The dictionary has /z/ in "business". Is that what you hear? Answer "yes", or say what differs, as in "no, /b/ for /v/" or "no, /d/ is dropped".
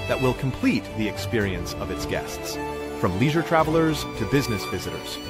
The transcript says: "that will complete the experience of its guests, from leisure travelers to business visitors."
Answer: yes